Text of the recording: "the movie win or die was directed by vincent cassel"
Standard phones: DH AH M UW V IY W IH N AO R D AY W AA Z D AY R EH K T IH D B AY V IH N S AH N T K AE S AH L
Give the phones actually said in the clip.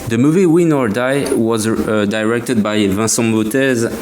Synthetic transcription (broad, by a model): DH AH M UW V IY W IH N AO R D AY W AA Z D AY R EH K T IH D B AY V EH S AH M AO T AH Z